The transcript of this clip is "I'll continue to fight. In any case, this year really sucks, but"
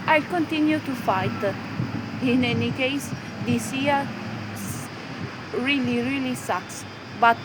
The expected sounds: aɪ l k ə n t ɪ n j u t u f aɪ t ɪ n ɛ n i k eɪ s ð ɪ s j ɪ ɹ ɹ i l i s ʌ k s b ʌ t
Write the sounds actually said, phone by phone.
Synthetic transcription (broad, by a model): aɪ k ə n t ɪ n j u t u f aɪ t ɪ n ɛ n i k eɪ s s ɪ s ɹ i l ɹ i l i s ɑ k s b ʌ t